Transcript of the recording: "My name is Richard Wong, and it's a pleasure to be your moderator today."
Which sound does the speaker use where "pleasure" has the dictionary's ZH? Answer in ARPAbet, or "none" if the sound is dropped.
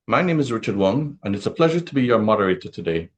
ZH